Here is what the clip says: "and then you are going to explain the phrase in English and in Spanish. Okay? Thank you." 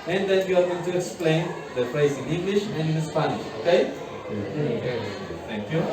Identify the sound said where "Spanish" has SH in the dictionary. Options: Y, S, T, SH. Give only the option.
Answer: SH